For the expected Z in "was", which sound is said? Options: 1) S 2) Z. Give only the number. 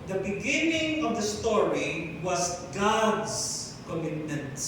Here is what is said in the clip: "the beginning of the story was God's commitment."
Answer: 1